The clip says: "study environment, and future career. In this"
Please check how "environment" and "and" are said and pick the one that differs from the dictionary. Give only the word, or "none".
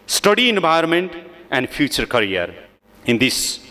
environment